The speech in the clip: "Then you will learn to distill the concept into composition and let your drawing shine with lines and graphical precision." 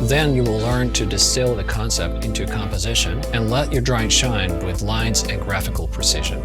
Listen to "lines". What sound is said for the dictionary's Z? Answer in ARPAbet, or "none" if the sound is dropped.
Z